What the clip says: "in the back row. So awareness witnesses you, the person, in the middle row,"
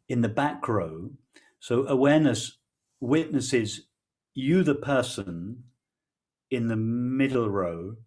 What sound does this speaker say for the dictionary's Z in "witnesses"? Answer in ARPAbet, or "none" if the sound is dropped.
Z